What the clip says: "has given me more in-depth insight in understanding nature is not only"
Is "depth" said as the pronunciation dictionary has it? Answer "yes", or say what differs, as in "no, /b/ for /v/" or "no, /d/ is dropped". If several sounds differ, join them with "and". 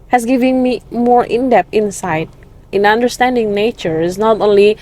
no, /t/ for /θ/